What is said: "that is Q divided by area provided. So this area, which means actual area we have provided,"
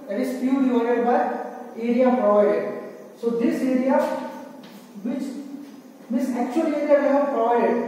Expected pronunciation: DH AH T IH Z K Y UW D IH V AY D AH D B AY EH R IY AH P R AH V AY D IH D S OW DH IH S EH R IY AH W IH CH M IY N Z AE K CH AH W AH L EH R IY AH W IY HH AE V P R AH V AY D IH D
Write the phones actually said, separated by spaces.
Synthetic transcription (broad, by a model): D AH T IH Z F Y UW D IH AO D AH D B AY EH R IY AH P R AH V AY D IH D S OW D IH S EH R IY AH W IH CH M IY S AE K CH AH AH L EH R IY AH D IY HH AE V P R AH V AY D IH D